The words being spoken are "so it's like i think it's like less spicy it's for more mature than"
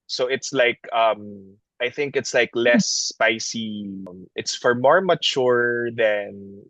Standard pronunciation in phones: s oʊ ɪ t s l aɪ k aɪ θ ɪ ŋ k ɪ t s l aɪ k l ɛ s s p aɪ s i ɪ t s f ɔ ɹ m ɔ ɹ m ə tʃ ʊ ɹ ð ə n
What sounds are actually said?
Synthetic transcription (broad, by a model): s oʊ ɪ t s l aɪ k aɪ θ ɪ ŋ k ɪ t s l aɪ k l ɛ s s p aɪ s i ɪ t s f ɔ ɹ m ɔ ɹ m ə tʃ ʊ ɹ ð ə n